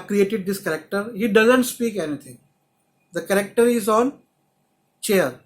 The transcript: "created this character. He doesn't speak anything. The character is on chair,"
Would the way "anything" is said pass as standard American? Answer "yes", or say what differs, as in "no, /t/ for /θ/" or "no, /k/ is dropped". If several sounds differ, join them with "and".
no, /t/ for /θ/